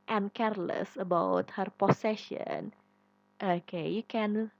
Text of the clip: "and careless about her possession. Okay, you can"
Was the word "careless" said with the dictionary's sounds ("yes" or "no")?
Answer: yes